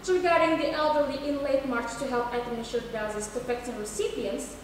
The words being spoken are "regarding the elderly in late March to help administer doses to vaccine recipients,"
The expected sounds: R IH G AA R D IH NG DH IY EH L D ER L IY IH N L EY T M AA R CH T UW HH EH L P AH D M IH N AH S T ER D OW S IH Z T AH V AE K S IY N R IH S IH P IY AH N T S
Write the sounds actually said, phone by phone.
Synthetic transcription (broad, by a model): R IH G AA R D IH NG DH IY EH L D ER L IY IH N L EY T M AA R CH T UW HH EH L P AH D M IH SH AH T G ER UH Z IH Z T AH F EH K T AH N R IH S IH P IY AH N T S